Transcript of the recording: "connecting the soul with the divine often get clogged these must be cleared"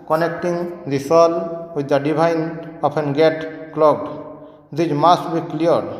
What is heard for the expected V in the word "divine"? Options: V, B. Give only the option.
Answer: B